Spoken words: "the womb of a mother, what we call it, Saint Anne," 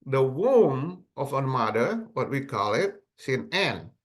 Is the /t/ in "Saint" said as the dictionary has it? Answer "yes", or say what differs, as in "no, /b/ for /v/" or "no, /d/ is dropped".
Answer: no, /t/ is dropped